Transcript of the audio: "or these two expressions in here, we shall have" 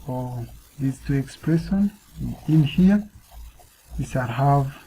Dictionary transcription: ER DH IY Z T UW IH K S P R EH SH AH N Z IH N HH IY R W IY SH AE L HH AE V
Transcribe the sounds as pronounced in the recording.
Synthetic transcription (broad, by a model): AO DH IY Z T UW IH K S P R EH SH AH N IH N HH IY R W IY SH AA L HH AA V